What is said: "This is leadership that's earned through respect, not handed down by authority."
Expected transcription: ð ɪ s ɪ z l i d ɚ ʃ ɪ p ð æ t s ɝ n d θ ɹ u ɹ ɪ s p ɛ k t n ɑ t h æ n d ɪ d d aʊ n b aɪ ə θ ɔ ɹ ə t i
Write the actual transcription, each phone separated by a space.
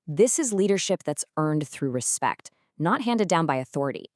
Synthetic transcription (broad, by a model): ð ɪ s ɪ z l i d ɚ ʃ ɪ p ð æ t s ɝ n d θ ɹ u ɹ ɪ s p ɛ k t n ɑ t h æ n d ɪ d d aʊ n b aɪ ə θ ɔ ɹ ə t i